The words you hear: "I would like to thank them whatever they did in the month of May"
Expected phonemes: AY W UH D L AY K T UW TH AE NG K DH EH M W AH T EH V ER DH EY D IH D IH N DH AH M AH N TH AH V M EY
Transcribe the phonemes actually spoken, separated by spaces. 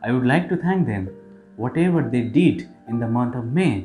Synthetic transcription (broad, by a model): AY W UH D L AY K T UW T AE NG K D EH M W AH T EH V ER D EY D IH D IH N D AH M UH N T AH V M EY